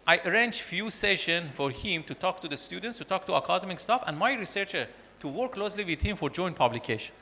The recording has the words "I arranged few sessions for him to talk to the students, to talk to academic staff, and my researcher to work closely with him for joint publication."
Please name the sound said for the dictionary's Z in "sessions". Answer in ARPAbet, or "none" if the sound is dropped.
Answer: none